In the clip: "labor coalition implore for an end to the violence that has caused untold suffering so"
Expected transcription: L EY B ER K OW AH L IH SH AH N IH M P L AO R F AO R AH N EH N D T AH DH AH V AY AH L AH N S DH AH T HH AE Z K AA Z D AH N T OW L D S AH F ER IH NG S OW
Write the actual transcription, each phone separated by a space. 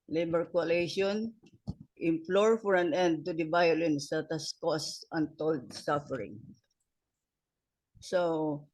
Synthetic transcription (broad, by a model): L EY B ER K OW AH L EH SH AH N IH M P L AO R F AO R AH N EH N D T AH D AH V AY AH L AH N S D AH T HH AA S K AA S AH N T OW L D S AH F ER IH NG S OW